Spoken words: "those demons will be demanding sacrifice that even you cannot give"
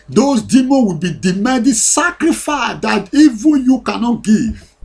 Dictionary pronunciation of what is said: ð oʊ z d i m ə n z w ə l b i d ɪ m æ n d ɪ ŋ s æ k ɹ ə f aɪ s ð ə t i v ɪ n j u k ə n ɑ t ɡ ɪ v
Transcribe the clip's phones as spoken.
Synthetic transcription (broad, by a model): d oʊ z d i m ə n w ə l b i d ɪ m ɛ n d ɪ s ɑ k ɹ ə f aɪ s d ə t i v ɪ n j u k ə n ɑ t ɡ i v